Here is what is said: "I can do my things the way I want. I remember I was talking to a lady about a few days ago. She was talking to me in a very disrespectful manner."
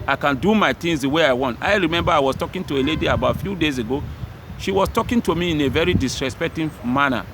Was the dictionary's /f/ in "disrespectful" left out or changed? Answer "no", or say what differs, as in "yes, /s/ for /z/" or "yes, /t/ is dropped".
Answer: yes, /f/ is dropped